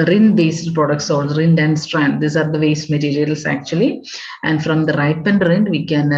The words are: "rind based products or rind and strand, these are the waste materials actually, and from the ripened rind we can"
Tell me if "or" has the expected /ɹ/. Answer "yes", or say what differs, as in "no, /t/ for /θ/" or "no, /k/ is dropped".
no, /l/ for /ɹ/